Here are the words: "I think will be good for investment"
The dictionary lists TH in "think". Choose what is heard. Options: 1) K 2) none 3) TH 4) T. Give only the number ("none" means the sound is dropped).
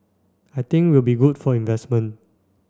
4